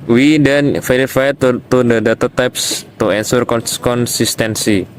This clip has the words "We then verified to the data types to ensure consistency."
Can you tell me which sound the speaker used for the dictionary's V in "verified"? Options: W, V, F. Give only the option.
F